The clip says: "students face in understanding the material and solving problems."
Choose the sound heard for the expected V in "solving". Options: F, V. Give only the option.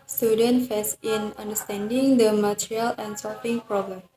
F